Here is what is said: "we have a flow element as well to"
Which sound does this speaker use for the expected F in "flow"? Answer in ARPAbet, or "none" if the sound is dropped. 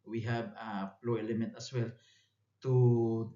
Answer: P